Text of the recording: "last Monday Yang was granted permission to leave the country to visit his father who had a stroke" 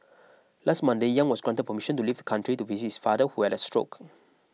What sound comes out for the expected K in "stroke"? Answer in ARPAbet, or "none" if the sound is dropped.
K